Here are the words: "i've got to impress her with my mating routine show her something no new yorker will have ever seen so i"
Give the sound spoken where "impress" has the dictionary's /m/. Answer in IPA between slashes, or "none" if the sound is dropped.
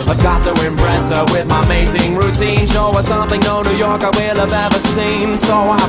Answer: /m/